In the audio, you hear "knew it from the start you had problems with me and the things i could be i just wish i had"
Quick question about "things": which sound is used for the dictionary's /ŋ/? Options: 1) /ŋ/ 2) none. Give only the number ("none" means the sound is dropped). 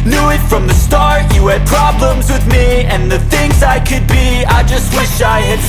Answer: 1